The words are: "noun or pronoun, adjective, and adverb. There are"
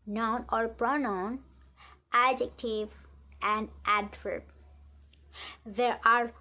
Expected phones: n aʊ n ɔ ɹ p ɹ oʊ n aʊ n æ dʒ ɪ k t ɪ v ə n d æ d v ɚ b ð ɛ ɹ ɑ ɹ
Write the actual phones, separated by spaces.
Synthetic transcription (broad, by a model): n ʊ n ɔ ɹ p ɹ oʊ n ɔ n æ dʒ ɪ k t ɪ v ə n d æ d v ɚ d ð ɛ ɹ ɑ ɹ